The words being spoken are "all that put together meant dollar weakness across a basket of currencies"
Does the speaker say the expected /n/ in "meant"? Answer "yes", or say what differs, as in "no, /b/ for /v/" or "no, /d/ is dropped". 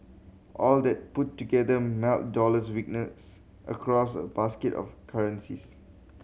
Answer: no, /l/ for /n/